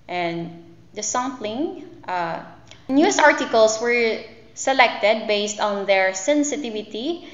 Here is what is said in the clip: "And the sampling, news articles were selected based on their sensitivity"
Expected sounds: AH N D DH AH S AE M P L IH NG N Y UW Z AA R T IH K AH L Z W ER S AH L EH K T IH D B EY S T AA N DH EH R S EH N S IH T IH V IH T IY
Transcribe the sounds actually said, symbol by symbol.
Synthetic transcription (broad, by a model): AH N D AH S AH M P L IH NG N Y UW S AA R T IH K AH L S W ER S AH L EH K T IH D B EY S T AA N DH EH R S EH N S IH T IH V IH T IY